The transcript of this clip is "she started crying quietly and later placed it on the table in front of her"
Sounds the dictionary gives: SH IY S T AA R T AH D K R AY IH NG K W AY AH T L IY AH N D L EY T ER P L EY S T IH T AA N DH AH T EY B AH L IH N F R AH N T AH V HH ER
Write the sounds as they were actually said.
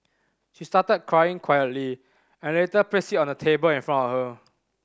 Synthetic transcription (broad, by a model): SH IY S T AA T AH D K R AY IH NG K W AY AH T L IY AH N L EY T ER P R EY S IH T AA N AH T EY B AH L IH N F R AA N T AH F HH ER